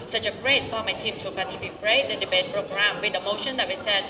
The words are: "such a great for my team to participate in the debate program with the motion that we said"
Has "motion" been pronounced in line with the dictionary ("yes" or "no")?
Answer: yes